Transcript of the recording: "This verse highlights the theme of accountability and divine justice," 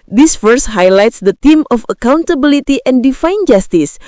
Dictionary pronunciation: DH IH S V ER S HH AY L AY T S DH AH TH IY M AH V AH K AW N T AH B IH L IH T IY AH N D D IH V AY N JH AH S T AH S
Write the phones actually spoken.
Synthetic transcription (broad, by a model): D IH S F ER S HH AY L AY T S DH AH T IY M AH F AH K AW N T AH B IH L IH T IY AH N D D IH F AY N JH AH S T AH S